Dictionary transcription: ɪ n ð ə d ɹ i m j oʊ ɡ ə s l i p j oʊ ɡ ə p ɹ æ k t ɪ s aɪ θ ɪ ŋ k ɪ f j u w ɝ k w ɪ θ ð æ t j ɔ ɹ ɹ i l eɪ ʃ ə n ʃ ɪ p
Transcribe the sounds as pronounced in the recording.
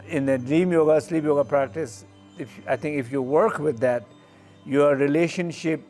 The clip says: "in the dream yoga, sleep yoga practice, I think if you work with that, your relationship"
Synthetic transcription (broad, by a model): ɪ n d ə d ɹ i m j oʊ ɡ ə s l i p j oʊ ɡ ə p ɹ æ k t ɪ s aɪ t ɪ ŋ k ɪ f j u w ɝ k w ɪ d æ t j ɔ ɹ ɹ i l eɪ ʃ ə n ʃ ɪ p